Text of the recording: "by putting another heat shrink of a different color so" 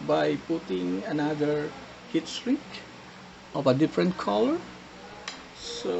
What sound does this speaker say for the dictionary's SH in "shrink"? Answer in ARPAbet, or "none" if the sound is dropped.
S